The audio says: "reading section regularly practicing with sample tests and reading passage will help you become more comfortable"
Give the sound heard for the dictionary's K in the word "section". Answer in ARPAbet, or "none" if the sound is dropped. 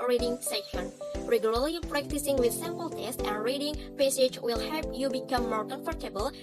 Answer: none